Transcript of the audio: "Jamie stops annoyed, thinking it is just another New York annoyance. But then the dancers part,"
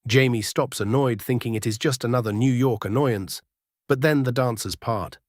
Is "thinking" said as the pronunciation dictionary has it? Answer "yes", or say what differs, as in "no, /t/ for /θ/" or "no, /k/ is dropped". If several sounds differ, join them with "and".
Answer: yes